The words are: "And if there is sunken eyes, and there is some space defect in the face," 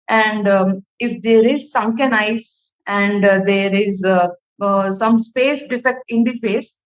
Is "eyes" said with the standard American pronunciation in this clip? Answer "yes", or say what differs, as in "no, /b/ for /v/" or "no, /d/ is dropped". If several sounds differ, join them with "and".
no, /s/ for /z/